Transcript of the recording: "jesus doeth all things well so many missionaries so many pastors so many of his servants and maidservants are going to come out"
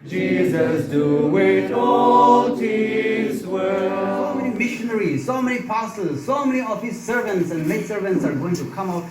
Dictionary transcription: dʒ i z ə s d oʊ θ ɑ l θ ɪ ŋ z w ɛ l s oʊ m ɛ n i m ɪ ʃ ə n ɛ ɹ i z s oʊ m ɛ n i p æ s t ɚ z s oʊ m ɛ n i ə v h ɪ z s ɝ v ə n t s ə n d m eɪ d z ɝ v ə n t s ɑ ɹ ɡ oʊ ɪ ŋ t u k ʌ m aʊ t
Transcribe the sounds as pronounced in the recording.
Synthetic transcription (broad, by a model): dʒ i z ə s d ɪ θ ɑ l t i z w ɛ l s oʊ m ɛ n i m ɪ ʃ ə n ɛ ɹ i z s oʊ m ɛ n i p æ s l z s oʊ m ɛ n i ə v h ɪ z s ɝ v ə n t s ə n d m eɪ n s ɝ v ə n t s ɑ ɹ ɡ oʊ ɪ ŋ t u k ʌ m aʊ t